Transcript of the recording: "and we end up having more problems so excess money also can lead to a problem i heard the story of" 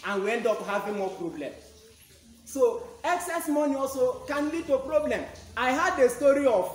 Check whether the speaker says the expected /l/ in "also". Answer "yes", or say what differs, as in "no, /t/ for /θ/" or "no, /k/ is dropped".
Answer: yes